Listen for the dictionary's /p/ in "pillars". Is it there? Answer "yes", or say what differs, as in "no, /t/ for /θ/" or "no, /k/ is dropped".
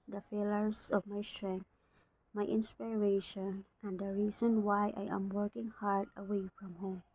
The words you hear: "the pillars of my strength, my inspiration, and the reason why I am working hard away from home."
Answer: no, /f/ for /p/